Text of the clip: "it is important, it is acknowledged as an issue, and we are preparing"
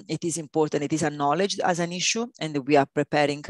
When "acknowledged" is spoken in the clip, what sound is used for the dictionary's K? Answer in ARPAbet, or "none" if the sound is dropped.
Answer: none